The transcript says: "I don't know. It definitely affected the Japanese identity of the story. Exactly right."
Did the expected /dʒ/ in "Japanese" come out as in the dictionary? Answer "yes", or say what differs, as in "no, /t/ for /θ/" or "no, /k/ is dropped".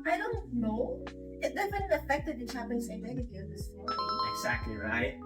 no, /tʃ/ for /dʒ/